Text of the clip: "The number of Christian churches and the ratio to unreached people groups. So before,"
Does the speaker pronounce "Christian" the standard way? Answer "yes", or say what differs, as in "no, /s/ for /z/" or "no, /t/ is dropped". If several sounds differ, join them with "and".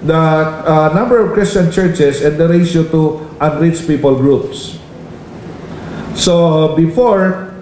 yes